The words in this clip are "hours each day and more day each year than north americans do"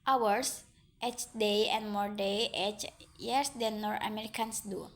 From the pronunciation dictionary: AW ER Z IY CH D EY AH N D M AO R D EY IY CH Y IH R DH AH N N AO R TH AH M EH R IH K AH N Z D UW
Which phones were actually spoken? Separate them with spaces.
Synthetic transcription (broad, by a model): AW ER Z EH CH D EY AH N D M AO R D EY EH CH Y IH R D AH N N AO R T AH M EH R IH K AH N S D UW